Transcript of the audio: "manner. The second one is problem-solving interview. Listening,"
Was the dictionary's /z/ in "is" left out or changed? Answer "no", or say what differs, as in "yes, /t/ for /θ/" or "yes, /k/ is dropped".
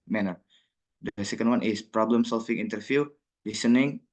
yes, /s/ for /z/